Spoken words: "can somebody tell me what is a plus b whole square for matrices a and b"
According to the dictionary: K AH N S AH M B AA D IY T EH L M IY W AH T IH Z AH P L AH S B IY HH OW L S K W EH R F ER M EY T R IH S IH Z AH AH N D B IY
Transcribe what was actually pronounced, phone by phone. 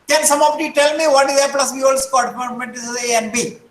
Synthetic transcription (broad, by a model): K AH N S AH M AA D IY T EH L M IY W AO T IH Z AH P L AH S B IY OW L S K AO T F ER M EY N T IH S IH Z AH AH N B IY